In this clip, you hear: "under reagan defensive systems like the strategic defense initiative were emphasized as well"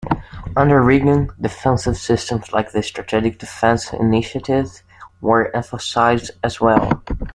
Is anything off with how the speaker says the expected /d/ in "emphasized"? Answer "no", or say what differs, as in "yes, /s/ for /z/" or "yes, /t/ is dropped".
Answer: no